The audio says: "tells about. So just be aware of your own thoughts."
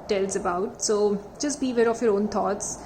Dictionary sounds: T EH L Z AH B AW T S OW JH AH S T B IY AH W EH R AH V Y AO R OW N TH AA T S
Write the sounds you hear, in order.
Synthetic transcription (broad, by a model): T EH L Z AH B AW T S OW JH AH S T B IY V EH R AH F Y AO R OW N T AA T S